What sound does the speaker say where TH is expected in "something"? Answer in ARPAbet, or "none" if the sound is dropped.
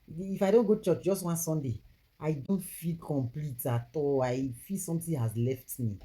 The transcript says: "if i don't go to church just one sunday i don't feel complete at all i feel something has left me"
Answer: T